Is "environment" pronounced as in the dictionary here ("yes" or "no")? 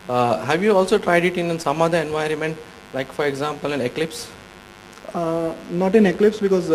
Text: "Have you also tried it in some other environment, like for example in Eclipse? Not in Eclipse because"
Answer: yes